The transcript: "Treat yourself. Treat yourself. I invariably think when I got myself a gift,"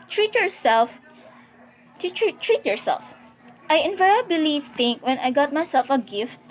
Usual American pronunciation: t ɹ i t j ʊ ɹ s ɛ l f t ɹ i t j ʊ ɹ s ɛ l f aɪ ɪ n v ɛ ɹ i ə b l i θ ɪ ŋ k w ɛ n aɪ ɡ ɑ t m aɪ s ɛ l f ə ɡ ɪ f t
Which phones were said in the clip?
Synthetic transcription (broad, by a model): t ɹ i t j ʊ ɹ s ɛ l f t ɹ i t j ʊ ɹ s ɛ l f aɪ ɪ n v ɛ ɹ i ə b l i θ ɪ ŋ k w ɛ n aɪ ɡ ɑ t m aɪ s ɛ l f ə ɡ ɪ f t